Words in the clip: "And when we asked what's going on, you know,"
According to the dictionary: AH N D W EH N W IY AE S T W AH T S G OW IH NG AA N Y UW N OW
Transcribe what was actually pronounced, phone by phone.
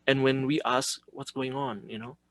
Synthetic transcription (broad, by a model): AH N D W EH N W IY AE S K W AH T S G OW IH NG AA N Y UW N OW